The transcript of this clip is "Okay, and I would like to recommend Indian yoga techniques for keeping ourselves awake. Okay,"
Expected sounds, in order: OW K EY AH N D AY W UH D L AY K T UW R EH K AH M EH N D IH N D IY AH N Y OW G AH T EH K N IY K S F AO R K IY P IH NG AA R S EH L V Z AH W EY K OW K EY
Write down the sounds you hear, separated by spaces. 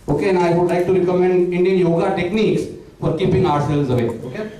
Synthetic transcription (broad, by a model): OW K EY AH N AY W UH D L AY K T UW R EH K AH M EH N D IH N D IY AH N Y OW G AH T EH K N IY K S F AO R K IY P IH NG AA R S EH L Z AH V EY OW K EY